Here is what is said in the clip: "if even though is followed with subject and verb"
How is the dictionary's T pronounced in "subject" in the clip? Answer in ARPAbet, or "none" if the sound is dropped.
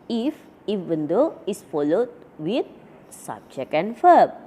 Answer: none